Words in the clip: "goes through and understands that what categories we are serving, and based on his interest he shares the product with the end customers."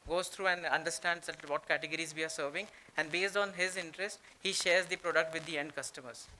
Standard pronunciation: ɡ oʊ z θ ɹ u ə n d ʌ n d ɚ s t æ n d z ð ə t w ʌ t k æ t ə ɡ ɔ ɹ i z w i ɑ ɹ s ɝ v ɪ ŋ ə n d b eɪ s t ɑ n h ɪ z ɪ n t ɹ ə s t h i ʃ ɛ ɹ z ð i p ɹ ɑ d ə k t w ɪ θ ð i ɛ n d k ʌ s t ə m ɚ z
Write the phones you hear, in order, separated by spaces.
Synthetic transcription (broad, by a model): ɡ oʊ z t ɹ u ə n d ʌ n d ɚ s t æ n d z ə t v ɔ t k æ t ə ɡ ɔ ɹ i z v i ɑ ɹ s ɝ v ɪ ŋ ə n d b eɪ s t ɑ n h ɪ z ɪ n t ɹ ə s t h i ʃ ɛ ɹ z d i p ɹ ɑ d ə k t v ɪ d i ɛ n d k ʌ s t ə m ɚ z